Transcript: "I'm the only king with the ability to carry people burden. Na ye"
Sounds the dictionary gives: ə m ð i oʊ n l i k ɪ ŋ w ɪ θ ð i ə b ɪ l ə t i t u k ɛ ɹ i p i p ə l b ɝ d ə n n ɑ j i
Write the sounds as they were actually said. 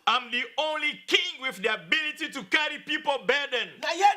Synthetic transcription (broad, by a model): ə m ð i oʊ n l i k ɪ ŋ w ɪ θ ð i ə b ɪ l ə t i t u k ɛ ɹ i p i p ə l b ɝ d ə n n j